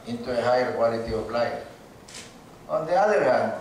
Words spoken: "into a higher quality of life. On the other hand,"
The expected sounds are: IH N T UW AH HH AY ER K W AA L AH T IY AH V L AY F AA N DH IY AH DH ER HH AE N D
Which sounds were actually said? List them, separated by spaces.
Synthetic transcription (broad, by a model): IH N T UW AH HH AY ER K W AA L AH T IY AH P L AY AA N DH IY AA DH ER HH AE N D